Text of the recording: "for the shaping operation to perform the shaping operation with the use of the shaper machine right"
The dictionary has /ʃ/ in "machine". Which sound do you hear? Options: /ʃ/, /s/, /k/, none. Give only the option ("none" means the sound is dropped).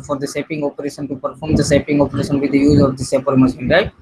/s/